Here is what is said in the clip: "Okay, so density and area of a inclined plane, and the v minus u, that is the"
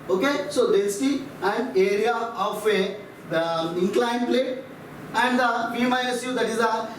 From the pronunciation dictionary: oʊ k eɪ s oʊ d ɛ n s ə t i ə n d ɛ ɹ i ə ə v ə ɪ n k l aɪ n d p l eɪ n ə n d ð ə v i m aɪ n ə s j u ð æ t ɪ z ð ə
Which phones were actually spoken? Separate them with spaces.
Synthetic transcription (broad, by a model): oʊ k eɪ s oʊ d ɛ s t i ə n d ɛ ɹ i ə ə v ə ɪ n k l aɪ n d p l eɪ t ə n d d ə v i m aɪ ə s j u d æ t ɪ z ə